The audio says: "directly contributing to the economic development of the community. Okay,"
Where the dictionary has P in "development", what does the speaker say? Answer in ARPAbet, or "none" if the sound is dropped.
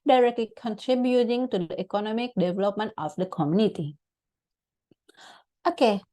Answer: P